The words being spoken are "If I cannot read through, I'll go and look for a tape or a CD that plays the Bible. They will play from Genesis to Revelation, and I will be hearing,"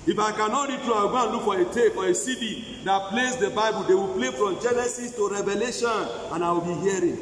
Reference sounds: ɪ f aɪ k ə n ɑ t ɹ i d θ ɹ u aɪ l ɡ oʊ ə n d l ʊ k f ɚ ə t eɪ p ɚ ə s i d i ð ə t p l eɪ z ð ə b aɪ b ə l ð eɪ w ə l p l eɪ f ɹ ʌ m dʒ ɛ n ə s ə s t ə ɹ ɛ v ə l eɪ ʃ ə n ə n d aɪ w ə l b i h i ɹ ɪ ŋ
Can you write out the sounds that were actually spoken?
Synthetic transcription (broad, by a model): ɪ f aɪ k ə n ɑ t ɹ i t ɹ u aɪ w ɡ oʊ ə n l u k f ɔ ə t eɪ f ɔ ə s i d i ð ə t p l eɪ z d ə b aɪ b ə l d eɪ w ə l p l eɪ f ɹ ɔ m dʒ ɛ n ə s ə s t ə ɹ ɛ v ə l eɪ ʃ ə n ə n aɪ w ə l b i h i ɹ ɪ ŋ